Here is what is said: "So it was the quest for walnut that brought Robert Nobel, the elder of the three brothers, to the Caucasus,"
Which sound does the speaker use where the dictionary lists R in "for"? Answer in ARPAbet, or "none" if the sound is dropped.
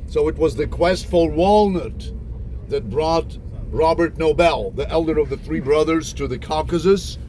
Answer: L